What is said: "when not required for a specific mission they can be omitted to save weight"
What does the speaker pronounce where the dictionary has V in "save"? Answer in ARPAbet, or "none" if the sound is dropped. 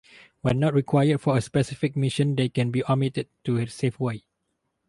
F